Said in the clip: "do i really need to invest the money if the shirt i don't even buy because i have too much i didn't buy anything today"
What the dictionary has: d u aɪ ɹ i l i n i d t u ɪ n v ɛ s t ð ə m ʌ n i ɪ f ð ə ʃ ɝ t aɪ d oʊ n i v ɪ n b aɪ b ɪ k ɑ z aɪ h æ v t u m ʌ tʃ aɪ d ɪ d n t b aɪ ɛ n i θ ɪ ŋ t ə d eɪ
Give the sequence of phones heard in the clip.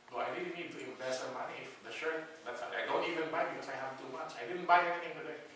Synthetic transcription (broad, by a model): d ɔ aɪ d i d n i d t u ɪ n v ɛ s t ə m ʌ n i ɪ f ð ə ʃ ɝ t aɪ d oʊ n i v ɪ n b aɪ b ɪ k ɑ s aɪ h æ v t u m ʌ s aɪ d ɪ d n t b aɪ ɛ n i θ ɪ ŋ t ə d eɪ